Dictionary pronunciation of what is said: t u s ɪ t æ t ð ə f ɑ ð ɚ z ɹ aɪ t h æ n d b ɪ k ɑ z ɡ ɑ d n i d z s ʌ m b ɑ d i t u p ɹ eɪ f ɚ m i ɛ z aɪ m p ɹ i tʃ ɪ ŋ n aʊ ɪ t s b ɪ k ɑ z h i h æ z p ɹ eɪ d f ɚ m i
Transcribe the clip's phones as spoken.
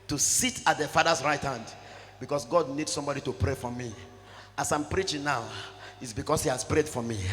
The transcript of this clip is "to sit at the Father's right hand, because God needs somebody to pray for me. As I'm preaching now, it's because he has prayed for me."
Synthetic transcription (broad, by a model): t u s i t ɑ t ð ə f ɑ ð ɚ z ɹ aɪ t h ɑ n d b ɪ k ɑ s ɡ ɑ d n i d s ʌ m b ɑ d i t u p ɹ eɪ f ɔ m i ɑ s aɪ m p ɹ i tʃ ɪ ŋ n aʊ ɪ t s b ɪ k ɑ s h i h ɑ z p ɹ eɪ d f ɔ m i